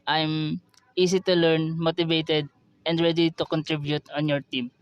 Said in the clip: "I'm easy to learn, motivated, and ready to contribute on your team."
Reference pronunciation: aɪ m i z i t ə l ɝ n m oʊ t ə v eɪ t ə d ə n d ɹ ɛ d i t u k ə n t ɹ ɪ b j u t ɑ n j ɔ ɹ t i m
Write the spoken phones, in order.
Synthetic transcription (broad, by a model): aɪ m i s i t ə l ɝ n m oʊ t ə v eɪ t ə d ə n d ɹ ɛ d i t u k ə n t ɹ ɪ b j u t ɑ n j ɔ ɹ t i m